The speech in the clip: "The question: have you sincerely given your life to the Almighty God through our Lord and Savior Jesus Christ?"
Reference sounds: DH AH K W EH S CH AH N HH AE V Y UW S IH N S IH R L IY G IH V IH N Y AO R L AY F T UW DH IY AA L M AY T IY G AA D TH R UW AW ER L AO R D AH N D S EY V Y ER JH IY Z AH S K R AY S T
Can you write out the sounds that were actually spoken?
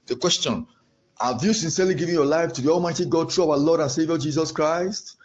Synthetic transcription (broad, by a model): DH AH K W EH S CH AH N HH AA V Y UW S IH N S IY L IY G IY V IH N Y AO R L AY F T UW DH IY AA L M AY T IY G AA D T R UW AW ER L AO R D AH N S EY V Y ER JH IY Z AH S K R AY S T